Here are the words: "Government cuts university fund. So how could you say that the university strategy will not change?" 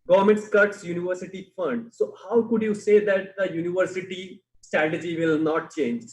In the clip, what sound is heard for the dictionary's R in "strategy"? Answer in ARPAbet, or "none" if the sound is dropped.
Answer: R